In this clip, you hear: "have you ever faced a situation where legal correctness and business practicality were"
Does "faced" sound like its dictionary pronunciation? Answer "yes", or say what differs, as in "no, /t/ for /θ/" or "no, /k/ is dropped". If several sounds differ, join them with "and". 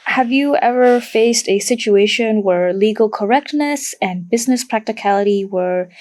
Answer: yes